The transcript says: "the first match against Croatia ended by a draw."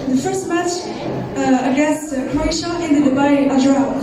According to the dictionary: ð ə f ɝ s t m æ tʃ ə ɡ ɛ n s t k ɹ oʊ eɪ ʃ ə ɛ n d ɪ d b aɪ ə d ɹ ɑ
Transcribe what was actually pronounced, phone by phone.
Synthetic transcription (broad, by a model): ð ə f ɝ s t m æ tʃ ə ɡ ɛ s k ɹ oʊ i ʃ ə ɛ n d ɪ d b aɪ ə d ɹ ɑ